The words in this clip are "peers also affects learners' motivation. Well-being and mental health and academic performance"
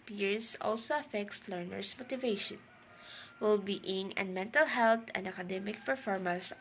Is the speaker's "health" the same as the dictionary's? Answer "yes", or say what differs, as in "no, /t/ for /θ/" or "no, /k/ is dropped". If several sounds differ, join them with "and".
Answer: no, /t/ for /θ/